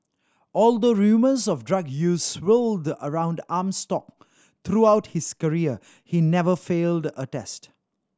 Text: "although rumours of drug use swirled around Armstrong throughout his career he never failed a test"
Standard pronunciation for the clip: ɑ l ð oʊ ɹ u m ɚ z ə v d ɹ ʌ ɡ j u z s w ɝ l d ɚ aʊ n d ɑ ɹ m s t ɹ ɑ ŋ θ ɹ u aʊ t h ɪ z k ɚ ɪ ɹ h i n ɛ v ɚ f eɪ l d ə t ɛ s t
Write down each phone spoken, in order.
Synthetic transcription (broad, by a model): ɑ l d oʊ ɹ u m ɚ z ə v d ɹ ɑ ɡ j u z s w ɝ l d ɚ aʊ n d ɑ m s t ɑ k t ɹ u aʊ t h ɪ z k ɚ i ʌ h i n ɛ v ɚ f eɪ l d ə t ɛ s t